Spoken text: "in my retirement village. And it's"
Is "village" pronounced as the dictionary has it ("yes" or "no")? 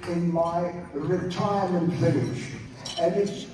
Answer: no